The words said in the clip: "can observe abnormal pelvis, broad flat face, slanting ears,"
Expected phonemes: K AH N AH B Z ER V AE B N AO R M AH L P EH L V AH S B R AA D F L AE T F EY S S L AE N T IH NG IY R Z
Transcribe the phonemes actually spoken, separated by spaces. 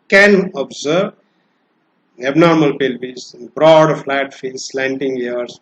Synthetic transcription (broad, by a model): K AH N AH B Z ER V AE B N AO R M AH L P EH L B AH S B R AA D F L AE T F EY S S L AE N T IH NG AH R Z